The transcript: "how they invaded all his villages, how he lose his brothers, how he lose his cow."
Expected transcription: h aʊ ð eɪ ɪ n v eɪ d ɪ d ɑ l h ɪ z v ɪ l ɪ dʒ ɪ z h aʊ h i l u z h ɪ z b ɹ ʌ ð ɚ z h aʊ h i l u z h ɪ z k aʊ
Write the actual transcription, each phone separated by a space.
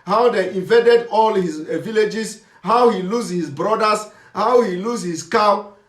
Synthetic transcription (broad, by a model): h aʊ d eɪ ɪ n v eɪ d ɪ d ɑ l h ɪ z v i l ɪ dʒ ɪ s h aʊ h i l u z h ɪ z b ɹ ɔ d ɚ s h aʊ h i l u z h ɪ s k aʊ